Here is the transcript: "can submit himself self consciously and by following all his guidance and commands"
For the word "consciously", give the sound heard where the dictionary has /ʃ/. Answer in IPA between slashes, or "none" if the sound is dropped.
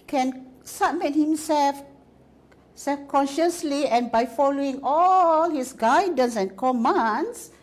/ʃ/